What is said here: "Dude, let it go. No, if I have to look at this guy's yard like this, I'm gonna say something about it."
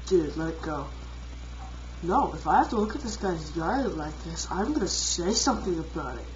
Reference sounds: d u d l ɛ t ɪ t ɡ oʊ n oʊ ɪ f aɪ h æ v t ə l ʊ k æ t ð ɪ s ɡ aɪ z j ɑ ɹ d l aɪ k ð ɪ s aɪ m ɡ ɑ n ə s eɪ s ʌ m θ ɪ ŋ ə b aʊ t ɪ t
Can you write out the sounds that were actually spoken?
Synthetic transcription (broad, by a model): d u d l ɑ ɪ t ɡ oʊ n oʊ ɪ f aɪ h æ f t ə l ʊ k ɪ t ð ɪ s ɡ aɪ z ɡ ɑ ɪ l aɪ k ð ɪ s aɪ m ɡ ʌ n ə s eɪ s ʌ m θ ɪ ŋ ə b aʊ t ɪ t